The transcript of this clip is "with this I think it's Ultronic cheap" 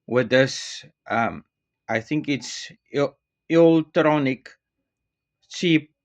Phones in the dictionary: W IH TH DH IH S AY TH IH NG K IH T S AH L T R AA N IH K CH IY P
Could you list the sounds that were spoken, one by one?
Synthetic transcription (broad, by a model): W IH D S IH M AY TH IH NG K IH T S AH L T R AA N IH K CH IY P